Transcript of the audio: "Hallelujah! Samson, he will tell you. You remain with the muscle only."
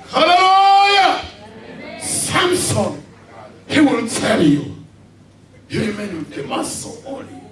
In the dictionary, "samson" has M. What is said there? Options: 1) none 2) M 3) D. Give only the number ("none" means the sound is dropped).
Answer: 2